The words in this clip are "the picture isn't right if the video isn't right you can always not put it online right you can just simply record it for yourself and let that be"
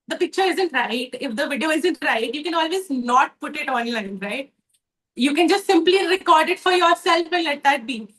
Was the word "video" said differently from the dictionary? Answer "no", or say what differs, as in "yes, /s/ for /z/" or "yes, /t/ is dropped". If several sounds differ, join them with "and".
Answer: no